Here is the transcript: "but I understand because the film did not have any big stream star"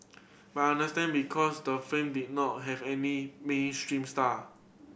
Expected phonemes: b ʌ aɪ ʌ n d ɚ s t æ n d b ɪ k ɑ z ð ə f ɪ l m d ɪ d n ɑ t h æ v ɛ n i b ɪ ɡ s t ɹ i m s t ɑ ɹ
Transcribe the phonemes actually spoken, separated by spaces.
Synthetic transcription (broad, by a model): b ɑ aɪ n d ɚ s t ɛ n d b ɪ k ɑ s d ə f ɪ m d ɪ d n ɑ t h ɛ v ɛ n i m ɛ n s t ɹ i m s t ɑ